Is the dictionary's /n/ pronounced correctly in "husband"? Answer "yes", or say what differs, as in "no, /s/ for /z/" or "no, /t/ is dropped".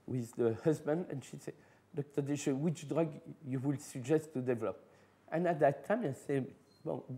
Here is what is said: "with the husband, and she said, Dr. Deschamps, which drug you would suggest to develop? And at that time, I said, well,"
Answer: yes